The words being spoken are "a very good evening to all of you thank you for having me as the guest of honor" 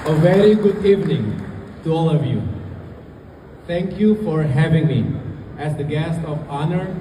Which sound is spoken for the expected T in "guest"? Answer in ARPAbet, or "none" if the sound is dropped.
T